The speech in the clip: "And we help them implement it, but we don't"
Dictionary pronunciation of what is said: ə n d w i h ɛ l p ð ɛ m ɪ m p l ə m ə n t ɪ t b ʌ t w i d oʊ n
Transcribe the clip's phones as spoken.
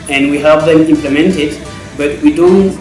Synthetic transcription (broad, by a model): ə n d w i h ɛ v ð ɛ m ɪ m p l ə m ə n t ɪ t b ʌ t w i d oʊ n